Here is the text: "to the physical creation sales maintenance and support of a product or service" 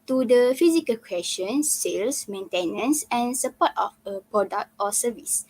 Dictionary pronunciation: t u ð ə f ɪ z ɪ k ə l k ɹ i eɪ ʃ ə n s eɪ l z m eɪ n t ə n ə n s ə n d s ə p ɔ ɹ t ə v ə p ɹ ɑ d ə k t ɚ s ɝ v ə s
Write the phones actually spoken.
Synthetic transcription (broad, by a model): t u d ə f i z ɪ k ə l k w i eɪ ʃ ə n s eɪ l s m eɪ n t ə n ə n s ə n s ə p ɔ t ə f ə p ɹ ɑ d ə k t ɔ s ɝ v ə s